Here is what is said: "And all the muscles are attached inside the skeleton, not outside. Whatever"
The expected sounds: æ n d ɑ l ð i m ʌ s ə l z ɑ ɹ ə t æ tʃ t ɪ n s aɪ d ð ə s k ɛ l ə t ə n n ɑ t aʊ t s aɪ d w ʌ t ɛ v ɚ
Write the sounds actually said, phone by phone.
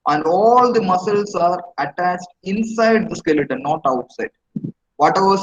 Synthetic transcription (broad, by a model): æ n d ɑ l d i m ʌ s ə l s ɑ ɹ ə t æ tʃ t ɪ n s aɪ d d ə s k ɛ l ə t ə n n ɑ t aʊ t s aɪ d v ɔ t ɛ v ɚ